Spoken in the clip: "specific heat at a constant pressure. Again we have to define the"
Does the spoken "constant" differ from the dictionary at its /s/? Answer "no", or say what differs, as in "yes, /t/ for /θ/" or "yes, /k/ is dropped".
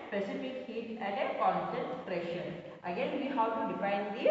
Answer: yes, /s/ is dropped